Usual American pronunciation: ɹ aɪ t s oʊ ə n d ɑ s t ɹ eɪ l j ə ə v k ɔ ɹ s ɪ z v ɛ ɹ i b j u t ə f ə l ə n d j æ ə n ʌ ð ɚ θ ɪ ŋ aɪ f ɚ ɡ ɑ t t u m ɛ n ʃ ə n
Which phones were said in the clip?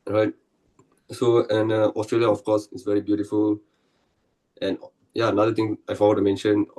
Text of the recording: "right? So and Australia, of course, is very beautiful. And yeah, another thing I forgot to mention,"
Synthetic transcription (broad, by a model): ɹ aɪ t s oʊ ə n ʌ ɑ s t ɹ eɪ l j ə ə f k ɔ s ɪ s v ɛ ɹ i b j u t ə f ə l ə n j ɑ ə n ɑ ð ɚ t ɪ ŋ aɪ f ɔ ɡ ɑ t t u m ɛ n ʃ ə n